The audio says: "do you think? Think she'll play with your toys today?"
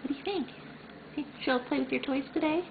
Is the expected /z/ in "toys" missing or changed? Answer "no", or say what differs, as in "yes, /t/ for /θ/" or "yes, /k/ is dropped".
yes, /s/ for /z/